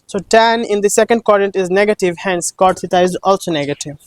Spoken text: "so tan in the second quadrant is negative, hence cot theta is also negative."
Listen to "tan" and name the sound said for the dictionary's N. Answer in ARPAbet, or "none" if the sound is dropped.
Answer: N